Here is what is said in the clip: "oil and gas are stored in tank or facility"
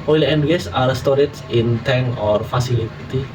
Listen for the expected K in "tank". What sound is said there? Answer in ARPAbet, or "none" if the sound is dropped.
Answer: none